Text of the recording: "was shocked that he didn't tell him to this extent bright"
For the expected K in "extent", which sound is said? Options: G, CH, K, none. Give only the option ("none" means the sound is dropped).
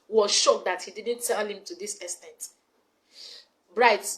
none